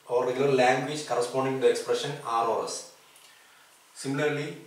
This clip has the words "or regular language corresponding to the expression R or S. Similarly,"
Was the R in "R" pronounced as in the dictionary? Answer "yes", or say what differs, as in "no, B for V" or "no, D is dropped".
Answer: no, L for R